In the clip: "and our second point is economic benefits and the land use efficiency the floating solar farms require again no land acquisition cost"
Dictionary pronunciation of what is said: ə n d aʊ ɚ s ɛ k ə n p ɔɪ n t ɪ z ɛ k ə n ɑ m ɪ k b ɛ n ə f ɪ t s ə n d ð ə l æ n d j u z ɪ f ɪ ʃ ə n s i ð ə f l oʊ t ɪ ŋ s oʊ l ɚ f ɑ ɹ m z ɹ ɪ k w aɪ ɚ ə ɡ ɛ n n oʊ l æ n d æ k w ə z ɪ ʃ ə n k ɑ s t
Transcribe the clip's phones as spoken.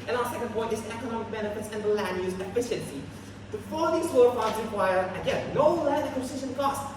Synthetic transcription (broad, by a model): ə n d aʊ ɚ s ɛ k ə n p ɔɪ n t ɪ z ɛ k ə n ɑ m ɪ k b ɛ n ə f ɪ t s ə n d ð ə l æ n j u z ɪ f ɪ ʃ ə n s i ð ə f oʊ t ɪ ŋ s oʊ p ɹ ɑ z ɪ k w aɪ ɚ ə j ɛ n n oʊ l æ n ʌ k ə s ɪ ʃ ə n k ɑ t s